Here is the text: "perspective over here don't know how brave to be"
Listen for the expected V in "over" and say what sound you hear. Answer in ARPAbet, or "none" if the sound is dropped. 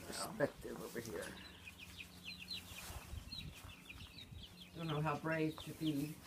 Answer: B